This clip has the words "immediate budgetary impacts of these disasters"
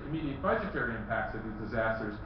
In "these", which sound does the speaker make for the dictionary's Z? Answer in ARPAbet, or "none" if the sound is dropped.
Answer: Z